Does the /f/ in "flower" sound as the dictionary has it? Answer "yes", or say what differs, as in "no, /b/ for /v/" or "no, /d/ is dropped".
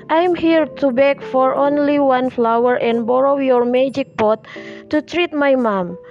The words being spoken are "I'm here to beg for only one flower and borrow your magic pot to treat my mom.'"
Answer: yes